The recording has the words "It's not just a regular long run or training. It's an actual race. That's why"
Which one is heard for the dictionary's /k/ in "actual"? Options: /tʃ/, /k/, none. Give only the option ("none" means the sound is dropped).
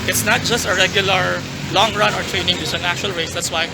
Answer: none